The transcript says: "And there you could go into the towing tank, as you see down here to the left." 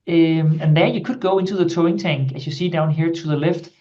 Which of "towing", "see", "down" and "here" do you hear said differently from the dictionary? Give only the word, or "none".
none